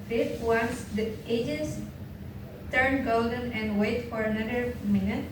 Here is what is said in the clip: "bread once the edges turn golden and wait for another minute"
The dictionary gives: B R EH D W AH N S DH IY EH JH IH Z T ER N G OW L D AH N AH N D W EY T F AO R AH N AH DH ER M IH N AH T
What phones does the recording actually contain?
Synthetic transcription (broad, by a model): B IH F W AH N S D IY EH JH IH S T ER N G OW L D AH N AH N D W EY T F AO R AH N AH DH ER M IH N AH T